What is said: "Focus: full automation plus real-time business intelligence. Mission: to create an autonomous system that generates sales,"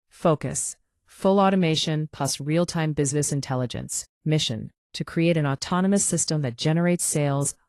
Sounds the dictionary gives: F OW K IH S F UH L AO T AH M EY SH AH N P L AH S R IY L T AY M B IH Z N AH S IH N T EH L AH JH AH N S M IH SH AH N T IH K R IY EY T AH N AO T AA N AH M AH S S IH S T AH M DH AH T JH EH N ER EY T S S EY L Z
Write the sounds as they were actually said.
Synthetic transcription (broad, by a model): F OW K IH S F UH L AO T AH M EY SH AH N P AH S R IY L T AY M B IH Z N AH S IH N T EH L AH JH AH N S M IH SH AH N T IH K R IY EY T AH N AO T AA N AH M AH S S IH S T AH M DH AH T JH EH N ER EY T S S EY L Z